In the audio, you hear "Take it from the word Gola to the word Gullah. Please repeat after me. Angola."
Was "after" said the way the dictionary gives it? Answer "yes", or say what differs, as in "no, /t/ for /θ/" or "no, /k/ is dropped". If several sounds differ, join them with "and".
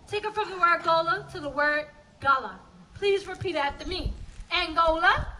no, /f/ is dropped